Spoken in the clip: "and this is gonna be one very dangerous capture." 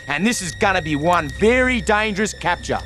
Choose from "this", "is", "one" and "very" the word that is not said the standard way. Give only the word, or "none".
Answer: none